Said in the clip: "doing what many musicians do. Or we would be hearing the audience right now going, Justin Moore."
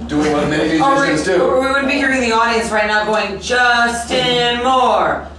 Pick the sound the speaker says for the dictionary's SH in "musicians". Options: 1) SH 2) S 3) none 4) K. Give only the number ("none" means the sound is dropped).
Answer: 3